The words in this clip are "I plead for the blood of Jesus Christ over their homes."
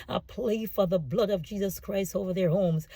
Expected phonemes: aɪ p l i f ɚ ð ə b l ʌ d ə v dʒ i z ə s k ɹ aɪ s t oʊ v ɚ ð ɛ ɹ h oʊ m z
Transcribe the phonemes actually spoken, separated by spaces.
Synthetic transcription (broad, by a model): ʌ p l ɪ f ɚ ð ə b l ʌ d ə v dʒ i z ə s k ɹ aɪ s t oʊ v ɚ ð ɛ ɹ h oʊ m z